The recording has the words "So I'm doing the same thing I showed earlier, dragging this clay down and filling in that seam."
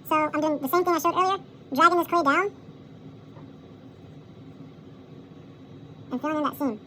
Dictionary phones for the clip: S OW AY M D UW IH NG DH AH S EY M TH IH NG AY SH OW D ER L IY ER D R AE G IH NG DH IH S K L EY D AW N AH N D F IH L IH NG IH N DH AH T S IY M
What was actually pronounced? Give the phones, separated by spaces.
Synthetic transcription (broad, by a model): S OW AY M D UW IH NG DH AH S EY M TH IH NG AY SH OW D ER IY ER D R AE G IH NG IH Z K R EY D AW N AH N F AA IH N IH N DH AH T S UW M